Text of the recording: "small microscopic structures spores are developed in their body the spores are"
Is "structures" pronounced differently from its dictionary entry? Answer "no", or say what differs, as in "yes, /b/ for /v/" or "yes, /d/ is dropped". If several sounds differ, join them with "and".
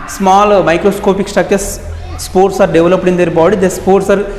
yes, /ɹ/ is dropped